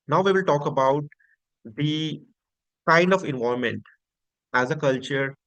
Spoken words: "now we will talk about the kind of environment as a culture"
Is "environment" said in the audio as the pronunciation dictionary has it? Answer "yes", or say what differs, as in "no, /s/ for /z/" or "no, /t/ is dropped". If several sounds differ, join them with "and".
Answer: no, /ɹ/ is dropped and /n/ is dropped